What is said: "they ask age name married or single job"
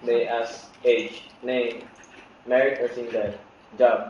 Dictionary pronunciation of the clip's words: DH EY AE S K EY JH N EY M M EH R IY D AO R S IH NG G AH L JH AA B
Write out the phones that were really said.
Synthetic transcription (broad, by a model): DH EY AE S EY JH N EY M M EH R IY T AO R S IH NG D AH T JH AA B